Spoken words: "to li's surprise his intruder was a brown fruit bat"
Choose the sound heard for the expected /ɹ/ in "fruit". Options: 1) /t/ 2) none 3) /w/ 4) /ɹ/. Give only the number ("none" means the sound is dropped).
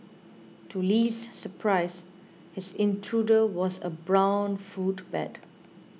2